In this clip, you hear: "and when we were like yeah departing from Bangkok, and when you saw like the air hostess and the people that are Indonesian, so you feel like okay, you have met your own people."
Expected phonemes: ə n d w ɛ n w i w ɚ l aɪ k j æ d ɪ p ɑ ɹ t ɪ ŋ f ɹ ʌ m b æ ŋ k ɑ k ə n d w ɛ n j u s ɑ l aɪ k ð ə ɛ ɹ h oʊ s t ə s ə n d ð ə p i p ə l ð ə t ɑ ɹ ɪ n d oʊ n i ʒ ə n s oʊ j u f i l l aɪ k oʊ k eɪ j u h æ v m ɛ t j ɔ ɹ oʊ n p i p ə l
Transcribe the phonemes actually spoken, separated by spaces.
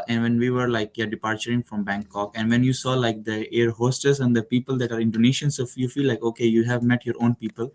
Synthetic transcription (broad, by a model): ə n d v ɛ n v i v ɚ l aɪ k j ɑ d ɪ p ɑ ɹ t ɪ ŋ f ɹ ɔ m b æ ŋ k ɑ k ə n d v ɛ n j u s ɑ l aɪ k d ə ɛ ɹ h oʊ s t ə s ə n d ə p i p ə l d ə t ɑ ɹ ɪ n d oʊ n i ʃ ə n s oʊ j u f i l l aɪ k oʊ k eɪ j u h æ v m ɛ t j ɔ ɹ oʊ n p i p ə l